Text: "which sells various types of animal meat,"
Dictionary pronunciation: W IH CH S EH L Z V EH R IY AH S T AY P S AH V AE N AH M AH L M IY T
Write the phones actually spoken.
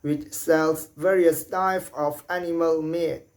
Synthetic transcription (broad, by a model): W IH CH S EH L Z V EH R IY AH S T AY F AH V AE N AH M AH L M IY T